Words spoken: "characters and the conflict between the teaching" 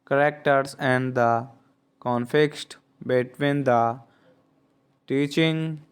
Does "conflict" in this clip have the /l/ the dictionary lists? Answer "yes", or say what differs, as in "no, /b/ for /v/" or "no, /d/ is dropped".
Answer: no, /l/ is dropped